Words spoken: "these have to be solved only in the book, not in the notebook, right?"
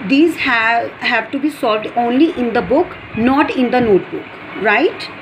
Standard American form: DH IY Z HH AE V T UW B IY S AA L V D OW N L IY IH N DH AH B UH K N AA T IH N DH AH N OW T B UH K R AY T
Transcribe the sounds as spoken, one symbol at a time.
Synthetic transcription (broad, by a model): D IY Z HH AE V T UW B IY S AA L V D OW N L IY IH N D AH B UH K N AA T IH N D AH N OW T B UH K R AY T